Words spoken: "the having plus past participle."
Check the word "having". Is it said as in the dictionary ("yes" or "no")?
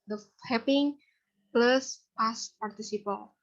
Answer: no